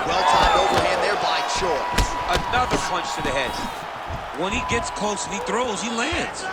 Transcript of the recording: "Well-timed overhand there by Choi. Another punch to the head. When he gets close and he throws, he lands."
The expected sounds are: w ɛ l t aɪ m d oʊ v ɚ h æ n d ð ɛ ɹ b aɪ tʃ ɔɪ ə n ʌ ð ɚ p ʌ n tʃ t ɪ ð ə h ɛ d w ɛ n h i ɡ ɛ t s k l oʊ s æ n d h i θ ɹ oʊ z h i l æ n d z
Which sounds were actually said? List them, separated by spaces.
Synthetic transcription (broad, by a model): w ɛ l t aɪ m oʊ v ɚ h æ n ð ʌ ɹ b aɪ ʃ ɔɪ ə n ʌ ð ɚ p ʌ n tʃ t ɪ ð ə h ɛ d w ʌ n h i ɡ ɛ t s k oʊ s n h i θ ɹ oʊ z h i l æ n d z